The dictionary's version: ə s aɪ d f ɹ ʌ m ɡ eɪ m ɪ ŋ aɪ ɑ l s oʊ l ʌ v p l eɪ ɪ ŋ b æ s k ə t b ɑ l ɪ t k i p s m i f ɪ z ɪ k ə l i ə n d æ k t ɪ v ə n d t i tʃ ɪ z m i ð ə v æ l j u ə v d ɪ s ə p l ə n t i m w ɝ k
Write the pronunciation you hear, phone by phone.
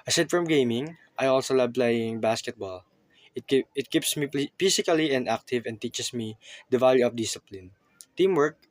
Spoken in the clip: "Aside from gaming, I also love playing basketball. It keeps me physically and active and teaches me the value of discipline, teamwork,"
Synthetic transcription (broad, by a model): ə s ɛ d f ɹ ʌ m ɡ eɪ m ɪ ŋ aɪ ɑ l s oʊ l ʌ b p l eɪ ɪ ŋ b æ s k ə t b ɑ l ɪ t k i p s m i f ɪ s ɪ k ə l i ə n d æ k t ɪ v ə n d t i tʃ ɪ s m i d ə v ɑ l j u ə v d ɪ s ə p l ə n t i m w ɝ k